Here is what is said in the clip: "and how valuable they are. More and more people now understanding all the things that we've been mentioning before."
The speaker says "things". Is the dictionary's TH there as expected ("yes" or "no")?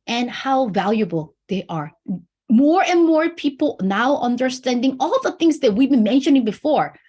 yes